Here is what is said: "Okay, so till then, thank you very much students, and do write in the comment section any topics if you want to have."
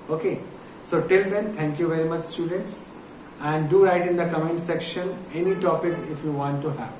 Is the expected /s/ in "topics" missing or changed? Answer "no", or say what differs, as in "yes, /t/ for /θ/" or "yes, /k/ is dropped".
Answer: yes, /s/ is dropped